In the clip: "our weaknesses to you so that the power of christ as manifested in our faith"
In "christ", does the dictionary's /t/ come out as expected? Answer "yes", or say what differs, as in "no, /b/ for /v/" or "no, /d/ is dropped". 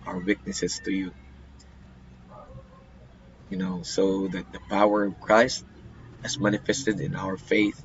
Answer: yes